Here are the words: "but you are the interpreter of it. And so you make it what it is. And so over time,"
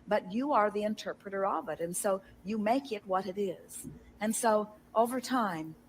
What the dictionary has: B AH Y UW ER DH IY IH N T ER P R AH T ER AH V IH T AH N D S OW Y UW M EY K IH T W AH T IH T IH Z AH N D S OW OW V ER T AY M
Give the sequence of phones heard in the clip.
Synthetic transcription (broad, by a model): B AH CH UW ER DH IY IH N T ER P R AH T ER AH V IH T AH N S OW Y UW M EY K IH T W AH T IH T IH Z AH N S OW OW V ER T AY M